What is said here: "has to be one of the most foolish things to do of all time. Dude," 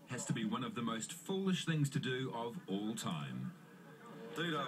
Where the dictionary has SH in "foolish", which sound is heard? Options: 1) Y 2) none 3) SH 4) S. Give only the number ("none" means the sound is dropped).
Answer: 3